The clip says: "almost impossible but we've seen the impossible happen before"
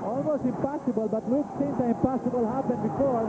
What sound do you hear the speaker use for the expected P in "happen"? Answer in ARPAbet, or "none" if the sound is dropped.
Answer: B